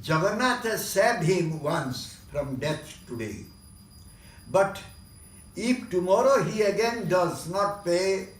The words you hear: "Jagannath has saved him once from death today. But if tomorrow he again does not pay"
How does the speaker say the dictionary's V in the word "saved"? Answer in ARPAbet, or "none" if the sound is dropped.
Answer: none